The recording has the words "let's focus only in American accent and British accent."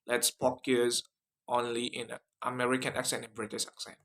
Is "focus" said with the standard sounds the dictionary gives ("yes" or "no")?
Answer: no